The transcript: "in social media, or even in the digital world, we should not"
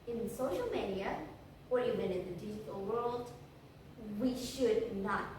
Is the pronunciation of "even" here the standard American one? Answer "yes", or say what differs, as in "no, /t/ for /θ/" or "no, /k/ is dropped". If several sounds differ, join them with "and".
no, /b/ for /v/